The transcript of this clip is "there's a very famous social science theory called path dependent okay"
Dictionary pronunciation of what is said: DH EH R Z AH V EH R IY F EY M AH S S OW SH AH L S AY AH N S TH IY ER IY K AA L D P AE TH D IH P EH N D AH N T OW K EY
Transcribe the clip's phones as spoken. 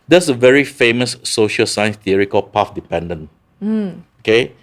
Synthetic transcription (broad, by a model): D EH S AH V EH R IY F EY M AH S S OW SH AH L S AY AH N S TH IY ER IY K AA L P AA F D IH P EH N D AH N OW K EY